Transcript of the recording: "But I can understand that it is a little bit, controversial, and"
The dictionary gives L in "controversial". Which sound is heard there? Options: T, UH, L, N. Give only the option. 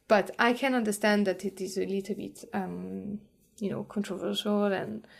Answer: L